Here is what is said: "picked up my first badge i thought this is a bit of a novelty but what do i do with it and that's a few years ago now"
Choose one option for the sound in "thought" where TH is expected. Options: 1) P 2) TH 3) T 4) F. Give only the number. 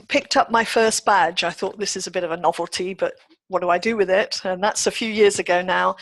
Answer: 2